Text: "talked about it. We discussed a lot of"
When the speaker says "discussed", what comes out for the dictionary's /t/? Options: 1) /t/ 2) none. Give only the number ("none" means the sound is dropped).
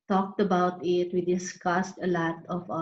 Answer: 1